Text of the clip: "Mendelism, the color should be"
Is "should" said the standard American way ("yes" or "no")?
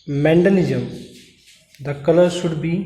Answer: no